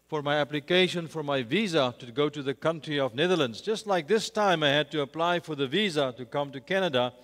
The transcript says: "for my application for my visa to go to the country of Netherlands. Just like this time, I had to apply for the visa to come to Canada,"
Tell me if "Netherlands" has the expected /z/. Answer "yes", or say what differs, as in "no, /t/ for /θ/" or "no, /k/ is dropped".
yes